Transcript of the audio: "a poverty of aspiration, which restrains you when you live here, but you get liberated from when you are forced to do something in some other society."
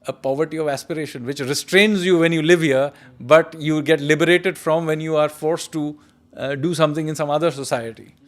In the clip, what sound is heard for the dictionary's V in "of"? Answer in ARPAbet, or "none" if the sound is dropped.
V